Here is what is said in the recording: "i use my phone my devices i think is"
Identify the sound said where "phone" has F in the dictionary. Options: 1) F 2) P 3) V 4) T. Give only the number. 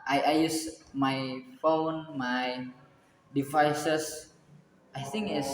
1